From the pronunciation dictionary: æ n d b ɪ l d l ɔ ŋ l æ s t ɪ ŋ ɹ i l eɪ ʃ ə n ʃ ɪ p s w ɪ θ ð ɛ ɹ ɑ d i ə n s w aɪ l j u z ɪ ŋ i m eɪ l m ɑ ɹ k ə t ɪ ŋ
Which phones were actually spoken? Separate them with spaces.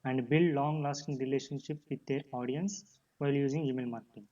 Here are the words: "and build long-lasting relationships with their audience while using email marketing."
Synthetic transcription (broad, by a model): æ n d b ɪ l d l ɔ ŋ l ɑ s t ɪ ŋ ɹ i l eɪ ʃ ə n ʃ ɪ p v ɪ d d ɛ ɹ ɑ d i ə n s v aɪ l j u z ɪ ŋ i m eɪ l m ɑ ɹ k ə t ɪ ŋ